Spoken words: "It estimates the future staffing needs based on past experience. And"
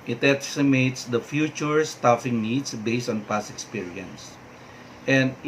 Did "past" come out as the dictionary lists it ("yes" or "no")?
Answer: no